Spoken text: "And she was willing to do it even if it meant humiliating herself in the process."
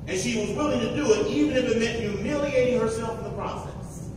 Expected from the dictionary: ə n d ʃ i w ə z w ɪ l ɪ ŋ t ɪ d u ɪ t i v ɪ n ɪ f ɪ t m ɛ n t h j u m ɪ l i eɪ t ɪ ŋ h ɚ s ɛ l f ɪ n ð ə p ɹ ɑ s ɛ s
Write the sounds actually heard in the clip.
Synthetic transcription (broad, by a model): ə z ʃ i w ə z w ɪ l ɪ ŋ t ɪ d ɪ ɪ t i v ɪ n ɪ f ɪ t m ɛ n t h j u m ɪ l i eɪ t ɪ ŋ h ɚ s ɛ l f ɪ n ð ə p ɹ ɑ s ɛ s